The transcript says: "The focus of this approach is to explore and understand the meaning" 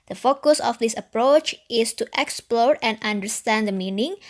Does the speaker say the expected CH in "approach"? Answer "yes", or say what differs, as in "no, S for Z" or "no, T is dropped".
yes